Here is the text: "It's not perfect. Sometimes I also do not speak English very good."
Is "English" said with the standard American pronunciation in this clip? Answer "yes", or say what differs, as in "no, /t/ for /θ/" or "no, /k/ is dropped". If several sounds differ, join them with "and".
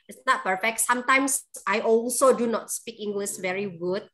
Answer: no, /s/ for /ʃ/